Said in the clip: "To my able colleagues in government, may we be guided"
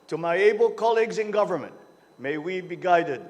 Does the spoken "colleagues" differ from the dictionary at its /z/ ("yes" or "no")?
no